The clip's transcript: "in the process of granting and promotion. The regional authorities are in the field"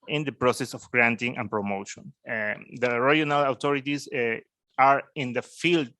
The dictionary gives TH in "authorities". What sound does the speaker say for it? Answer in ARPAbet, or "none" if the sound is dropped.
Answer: T